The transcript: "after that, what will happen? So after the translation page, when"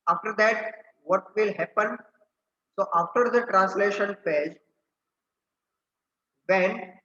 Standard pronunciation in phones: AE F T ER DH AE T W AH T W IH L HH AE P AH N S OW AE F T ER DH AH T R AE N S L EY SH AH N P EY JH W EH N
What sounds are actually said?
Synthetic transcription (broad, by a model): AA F T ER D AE T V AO T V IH L HH AE P AH N S OW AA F T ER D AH T R AE N S L EY SH AH N F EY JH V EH N